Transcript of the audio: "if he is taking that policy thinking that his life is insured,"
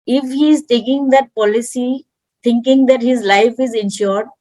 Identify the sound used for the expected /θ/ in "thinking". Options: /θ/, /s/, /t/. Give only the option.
/t/